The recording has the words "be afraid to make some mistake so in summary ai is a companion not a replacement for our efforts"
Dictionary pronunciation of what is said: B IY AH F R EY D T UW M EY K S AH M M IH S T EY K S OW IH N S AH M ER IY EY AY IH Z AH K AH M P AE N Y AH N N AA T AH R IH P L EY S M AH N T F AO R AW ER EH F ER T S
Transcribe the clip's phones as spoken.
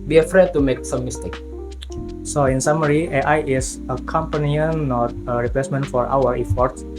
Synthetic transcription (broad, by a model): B IY AH F R EY D T UW M EY K S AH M M IH S T EY K S OW IH N S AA M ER IY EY AY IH S AH K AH M P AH N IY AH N N AA T AH R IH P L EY S M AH N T F AO R AW ER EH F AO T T